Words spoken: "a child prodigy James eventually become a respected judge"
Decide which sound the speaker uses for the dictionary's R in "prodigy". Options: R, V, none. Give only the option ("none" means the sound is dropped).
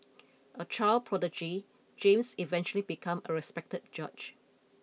R